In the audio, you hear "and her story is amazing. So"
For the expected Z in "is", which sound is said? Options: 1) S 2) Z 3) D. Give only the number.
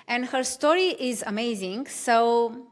2